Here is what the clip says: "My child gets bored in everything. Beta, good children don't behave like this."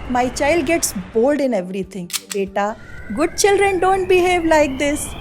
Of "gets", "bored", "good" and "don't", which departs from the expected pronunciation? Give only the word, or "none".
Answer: bored